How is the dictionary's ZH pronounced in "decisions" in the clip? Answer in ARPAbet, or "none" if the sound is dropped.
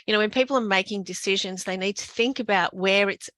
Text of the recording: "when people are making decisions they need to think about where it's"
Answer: ZH